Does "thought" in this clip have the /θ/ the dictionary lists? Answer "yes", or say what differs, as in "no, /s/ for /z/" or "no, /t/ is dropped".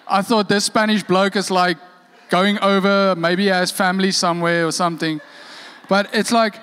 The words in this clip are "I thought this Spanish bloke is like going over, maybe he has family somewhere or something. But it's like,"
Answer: yes